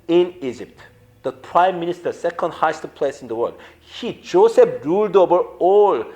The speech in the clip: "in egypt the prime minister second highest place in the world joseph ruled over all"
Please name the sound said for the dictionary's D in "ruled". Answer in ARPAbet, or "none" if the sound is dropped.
D